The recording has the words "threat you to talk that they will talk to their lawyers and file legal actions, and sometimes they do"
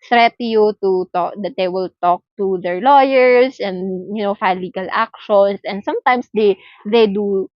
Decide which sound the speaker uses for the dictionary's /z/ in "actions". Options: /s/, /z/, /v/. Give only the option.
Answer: /s/